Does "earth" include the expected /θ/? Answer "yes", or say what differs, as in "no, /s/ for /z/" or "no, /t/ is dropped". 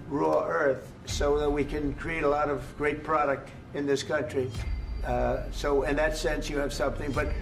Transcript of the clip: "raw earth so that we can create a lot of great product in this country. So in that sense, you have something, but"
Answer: yes